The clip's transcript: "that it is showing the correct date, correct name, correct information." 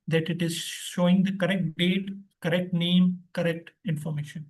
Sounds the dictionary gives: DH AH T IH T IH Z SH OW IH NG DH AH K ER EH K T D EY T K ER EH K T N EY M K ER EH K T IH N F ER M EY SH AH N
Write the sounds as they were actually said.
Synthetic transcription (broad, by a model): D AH T IH T IH Z SH OW IH NG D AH K ER EH K T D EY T K ER EH K T N EY M K ER EH K T IH N F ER M EY SH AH N